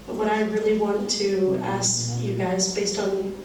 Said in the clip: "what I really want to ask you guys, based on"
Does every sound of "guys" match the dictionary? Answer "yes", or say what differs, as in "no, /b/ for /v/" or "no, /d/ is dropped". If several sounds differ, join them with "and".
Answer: yes